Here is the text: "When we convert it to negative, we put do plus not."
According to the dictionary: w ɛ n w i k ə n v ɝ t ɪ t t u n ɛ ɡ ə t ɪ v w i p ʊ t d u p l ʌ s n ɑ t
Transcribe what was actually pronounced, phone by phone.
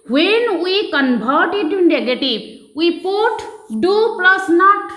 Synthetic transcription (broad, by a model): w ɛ n w i k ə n b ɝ t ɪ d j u n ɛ ɡ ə t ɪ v w i p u t d u p l ʌ s n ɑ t